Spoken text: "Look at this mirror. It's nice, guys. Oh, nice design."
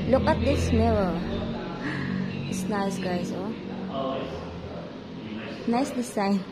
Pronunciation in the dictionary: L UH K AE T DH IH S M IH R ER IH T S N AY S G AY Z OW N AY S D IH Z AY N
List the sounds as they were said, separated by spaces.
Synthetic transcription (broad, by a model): L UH K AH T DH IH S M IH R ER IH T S N AY S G AY S OW N AY S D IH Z AY N